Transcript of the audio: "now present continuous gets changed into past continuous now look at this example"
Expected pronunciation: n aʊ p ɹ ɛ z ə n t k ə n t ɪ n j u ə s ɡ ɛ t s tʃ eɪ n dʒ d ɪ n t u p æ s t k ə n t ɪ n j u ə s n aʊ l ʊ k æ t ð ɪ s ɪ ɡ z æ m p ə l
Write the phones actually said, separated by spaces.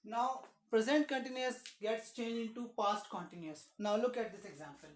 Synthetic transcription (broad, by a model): n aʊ p ɹ ɛ z ə n t k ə n t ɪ n j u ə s ɡ ɛ t s tʃ eɪ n dʒ ɪ n t u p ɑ s t k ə n t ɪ n j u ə s n aʊ l ʊ k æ t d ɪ s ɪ ɡ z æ m p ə l